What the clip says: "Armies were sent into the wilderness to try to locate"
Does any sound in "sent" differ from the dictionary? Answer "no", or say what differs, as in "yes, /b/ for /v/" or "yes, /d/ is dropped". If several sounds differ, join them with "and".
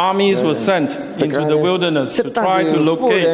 no